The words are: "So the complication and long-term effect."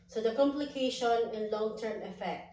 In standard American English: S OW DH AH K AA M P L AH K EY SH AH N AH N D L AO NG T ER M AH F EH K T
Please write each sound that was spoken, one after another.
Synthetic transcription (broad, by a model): S OW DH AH K AA M P L AH K EY SH AH N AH N L AO NG T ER M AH F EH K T